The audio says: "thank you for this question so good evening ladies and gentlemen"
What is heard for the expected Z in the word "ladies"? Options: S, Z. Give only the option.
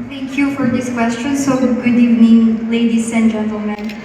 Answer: S